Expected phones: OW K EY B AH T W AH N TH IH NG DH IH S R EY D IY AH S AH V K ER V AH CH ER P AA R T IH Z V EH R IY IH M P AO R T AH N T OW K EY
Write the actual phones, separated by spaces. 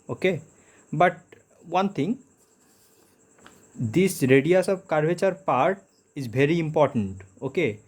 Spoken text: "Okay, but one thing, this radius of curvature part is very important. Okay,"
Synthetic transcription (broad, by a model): OW K EY B AH T W AH N T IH NG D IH S R EY D IY AH S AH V K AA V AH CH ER P AA R T IH Z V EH R IY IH M P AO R T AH N T OW K EY